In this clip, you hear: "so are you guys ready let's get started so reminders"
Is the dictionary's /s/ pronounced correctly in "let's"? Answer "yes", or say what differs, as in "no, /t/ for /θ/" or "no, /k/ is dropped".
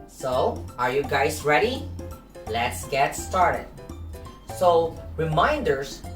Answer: yes